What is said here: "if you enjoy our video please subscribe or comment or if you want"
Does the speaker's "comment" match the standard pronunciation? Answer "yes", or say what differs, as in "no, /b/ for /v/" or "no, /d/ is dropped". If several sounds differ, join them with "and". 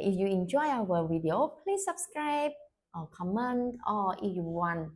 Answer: yes